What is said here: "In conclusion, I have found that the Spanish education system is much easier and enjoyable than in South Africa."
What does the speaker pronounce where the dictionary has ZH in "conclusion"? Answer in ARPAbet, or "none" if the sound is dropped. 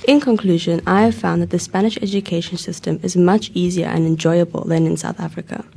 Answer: ZH